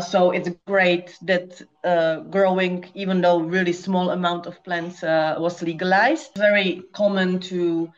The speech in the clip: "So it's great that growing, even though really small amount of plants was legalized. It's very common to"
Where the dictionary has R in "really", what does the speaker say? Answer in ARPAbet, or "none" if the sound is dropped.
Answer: R